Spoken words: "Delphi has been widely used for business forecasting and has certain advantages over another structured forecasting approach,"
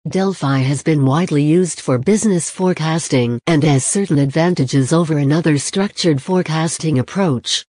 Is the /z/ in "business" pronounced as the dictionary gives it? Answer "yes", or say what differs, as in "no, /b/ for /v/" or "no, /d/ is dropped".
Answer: yes